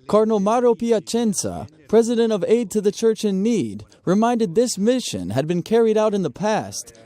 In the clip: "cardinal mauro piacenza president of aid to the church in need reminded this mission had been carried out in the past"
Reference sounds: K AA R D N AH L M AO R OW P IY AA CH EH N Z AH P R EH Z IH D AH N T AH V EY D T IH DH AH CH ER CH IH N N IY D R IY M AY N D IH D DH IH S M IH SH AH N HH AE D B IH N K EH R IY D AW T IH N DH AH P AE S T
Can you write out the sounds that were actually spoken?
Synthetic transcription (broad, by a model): K AA R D N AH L M AO R OW P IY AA CH EH N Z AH P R EH Z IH D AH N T AH V EY D T IH DH AH CH ER CH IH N N IY D R IY M AY N D IH D DH IH S M IH SH AH N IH D B IH N K EH R IY D AW T IH N DH AH P AE S T